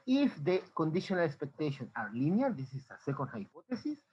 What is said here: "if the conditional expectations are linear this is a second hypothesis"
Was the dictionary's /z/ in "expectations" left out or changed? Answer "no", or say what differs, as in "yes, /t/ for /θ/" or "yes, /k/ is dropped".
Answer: yes, /z/ is dropped